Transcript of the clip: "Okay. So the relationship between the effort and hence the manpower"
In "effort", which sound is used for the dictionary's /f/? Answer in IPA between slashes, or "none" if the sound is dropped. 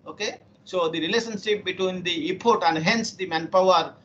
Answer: /p/